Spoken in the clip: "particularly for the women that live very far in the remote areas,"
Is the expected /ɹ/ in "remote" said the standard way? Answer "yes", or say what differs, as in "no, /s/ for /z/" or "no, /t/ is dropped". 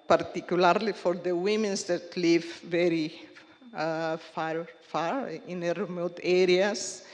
yes